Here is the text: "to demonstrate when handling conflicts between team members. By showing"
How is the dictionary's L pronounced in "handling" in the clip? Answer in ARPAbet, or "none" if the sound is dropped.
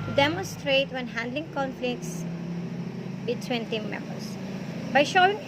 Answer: L